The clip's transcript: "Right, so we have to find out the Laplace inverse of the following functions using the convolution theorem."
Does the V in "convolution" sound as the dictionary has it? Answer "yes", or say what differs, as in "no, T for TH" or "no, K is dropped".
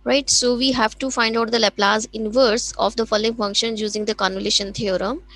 no, V is dropped